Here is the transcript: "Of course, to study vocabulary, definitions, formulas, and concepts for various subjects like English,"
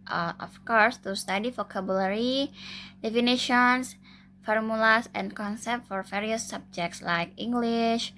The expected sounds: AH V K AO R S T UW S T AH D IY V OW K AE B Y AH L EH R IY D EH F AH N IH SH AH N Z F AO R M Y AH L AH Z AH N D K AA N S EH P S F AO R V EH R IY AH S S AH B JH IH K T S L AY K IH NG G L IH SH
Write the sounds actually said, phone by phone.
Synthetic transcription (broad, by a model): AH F K AO R S T UW S T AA D IY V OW K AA B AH L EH R IY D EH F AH N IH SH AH N S F AO R M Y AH L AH S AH N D K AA N S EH P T F AO R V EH R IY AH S S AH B JH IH K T S L AY K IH NG G L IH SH